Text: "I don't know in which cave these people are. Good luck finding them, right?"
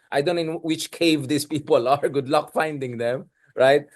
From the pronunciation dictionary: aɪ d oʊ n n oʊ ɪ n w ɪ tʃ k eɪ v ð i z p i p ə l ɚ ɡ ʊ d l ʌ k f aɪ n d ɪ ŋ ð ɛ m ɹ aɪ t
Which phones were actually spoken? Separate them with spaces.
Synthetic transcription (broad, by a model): aɪ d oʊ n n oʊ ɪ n w ɪ tʃ k eɪ v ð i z p i p ə l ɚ ɡ ʊ d l ʌ k f aɪ n d ɪ ŋ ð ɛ m ɹ aɪ t